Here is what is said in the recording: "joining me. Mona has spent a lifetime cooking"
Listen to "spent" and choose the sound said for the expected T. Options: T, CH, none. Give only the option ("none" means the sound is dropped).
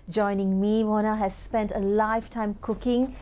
T